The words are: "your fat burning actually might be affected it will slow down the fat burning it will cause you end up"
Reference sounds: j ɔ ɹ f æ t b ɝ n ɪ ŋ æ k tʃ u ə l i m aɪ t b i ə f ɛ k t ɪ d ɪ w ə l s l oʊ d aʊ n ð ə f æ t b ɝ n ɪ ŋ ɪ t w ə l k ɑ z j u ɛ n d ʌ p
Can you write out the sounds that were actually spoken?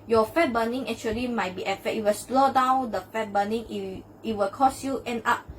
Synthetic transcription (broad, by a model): j ɔ f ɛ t b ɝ n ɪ ŋ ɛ k tʃ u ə l i m aɪ t b i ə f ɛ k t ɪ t w ə l s l oʊ d aʊ n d ə f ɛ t b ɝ n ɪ ŋ ɪ t w ə l k ɑ s j u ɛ n ɑ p